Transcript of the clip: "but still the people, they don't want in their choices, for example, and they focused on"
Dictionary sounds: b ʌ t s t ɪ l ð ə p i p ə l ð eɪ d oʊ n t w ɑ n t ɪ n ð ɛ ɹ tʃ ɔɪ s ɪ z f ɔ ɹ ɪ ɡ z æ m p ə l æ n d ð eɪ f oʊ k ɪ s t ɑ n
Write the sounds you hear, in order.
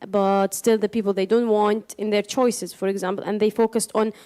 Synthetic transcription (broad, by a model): b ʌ t s t ɪ l ð ə p i p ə l ð eɪ d oʊ n t w ɑ n t ɪ n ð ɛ ɹ tʃ ɔɪ s ɪ z f ɔ ɹ ɪ ɡ z æ m p ə l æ n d ð eɪ f oʊ k ɪ s t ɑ n